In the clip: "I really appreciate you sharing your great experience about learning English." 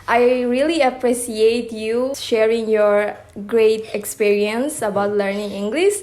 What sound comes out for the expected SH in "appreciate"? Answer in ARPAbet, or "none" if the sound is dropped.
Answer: S